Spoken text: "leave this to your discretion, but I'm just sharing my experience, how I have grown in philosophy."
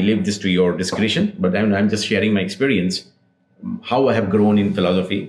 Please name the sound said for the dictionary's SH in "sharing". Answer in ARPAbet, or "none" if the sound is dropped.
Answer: SH